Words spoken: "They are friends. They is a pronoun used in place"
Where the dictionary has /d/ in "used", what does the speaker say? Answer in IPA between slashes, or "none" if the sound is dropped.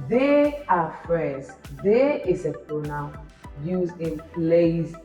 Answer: none